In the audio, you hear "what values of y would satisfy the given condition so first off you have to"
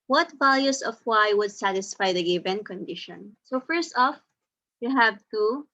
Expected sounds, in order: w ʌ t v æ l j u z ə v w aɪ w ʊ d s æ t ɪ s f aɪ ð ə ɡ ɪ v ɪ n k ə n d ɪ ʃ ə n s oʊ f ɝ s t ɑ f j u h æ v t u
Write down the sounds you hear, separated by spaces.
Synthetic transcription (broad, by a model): w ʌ t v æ l j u s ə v w aɪ w ʊ d s æ t ɪ s f aɪ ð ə ɡ ɪ v ɪ n k ə n d ɪ ʃ ə n s oʊ f ɝ s t ɑ f j u h æ v t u